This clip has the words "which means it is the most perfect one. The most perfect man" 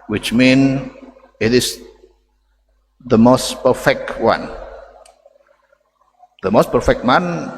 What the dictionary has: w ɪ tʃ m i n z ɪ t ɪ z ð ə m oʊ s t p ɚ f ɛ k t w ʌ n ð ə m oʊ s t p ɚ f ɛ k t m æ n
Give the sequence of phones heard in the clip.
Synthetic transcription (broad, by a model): w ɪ tʃ m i n ɪ t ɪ s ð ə m oʊ s t p ɚ f ɛ k t w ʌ n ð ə m oʊ s t p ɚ f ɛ k t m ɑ n